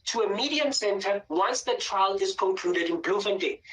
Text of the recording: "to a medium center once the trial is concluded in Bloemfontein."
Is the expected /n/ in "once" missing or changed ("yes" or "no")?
no